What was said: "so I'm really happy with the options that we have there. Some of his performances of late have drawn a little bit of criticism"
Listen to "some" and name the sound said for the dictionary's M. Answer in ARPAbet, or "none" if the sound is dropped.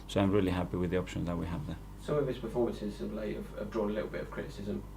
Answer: none